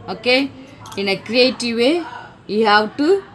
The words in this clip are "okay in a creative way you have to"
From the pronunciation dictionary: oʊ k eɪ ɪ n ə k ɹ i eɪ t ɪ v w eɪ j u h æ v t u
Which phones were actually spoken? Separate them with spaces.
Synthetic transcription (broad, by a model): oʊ k eɪ ɪ n ə k ɹ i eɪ t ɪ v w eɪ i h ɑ w t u